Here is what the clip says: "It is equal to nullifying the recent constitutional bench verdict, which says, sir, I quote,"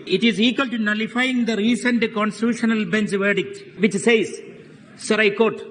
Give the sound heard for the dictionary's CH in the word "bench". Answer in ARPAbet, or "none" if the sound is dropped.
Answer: S